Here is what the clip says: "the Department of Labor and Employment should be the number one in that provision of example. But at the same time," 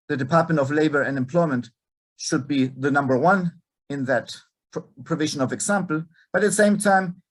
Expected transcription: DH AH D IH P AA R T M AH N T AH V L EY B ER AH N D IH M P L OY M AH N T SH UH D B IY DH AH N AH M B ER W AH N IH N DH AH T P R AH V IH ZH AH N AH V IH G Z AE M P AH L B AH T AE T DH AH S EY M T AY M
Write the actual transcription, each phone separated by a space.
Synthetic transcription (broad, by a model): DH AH D IH P AA R T M AH N T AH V L EY B ER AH N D IH M P L OY M AH N T SH UH D B IY DH AH N AH M B ER W AH N IH N DH AH T P R AH V IH ZH AH N AH V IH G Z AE M P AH L B AH T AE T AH S EY M T AY M